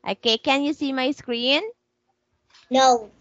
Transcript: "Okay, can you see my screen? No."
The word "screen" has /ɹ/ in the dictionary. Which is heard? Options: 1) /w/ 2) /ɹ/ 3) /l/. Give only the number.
2